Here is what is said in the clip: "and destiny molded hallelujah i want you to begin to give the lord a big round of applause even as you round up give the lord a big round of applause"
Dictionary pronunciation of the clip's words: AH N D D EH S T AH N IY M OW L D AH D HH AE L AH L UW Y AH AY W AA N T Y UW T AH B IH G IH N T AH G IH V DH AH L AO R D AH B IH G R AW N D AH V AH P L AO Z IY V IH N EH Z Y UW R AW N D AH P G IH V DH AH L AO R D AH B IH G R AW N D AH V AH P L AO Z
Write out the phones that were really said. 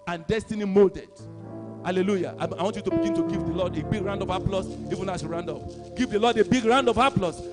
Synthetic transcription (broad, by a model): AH N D D EH S T AH N IY M OW L D AH D HH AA L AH L UW Y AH AY W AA N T Y UW T AH B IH G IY N T AH G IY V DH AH L AO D AH B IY G R AW N D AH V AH P L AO S IY V IH N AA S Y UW R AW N D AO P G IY V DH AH L AO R D AH B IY G R AW N D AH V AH P L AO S